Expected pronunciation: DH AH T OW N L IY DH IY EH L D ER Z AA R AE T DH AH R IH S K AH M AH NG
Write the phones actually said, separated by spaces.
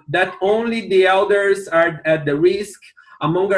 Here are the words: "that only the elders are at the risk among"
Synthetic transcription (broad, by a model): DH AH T OW N L IY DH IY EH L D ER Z AA R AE T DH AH R IH S K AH M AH NG